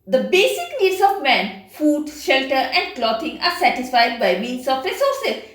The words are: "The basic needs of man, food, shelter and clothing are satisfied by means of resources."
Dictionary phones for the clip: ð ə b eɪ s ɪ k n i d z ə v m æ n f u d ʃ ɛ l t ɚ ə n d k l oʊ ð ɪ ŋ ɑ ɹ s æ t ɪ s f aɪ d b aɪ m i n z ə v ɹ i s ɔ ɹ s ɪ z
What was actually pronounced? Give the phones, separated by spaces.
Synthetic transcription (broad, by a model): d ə b eɪ s ɪ k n i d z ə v m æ n f u d ʃ ɛ l t ɚ ə n d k l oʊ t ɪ ŋ ɑ ɹ s æ t ɪ s f aɪ d b aɪ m i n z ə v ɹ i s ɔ ɹ s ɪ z